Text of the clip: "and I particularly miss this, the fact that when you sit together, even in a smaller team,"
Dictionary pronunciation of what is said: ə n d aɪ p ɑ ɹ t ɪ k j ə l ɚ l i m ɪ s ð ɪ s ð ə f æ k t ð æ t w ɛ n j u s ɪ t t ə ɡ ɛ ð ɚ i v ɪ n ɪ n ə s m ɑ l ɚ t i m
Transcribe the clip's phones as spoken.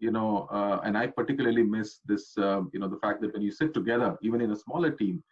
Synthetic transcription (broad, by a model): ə n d aɪ p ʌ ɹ t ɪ k j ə l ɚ l i m ɪ s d ɪ s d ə f æ k t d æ t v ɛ n j u s ɪ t t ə ɡ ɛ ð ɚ i v ɪ n ɪ n ə s m ɑ l ɚ t i m